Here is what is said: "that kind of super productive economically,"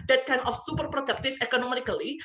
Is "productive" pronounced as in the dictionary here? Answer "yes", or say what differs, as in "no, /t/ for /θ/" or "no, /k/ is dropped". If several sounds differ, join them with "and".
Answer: no, /f/ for /v/